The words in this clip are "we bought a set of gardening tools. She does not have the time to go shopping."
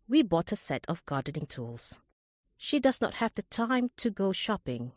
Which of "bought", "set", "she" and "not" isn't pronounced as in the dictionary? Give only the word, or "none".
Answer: none